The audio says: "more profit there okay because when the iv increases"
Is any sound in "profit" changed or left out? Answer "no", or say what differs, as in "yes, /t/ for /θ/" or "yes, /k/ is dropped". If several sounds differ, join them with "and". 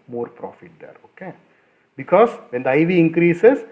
no